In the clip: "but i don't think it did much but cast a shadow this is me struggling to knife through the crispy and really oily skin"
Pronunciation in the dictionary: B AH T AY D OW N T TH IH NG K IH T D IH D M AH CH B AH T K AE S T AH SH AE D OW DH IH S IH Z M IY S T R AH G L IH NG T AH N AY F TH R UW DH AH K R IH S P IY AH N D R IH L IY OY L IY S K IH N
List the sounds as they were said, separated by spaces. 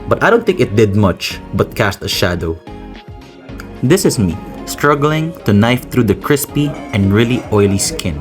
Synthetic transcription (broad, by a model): B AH T AY D OW N T TH IH NG K IH T D IH D M AH CH B AH T K AE S T AH SH AE D OW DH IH S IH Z M IY S T R AH G L IH NG T AH N AY F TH R UW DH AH K R IH S P IY AH N D R IH L IY OY L IY S K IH N